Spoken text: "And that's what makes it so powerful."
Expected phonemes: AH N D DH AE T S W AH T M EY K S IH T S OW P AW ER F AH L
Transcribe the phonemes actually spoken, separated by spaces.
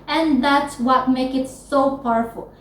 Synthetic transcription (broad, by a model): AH N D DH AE T S W AH T M EY K IH T S OW P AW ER F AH L